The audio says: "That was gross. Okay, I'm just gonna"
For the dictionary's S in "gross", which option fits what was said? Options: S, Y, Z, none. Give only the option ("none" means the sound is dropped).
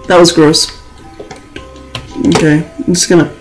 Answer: S